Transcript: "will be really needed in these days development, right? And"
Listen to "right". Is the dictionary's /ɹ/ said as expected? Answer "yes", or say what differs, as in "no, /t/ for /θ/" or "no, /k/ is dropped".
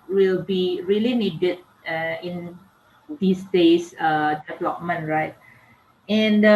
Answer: yes